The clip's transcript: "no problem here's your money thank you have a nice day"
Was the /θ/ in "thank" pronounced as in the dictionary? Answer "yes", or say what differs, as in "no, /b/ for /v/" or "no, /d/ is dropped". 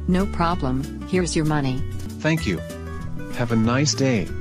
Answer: yes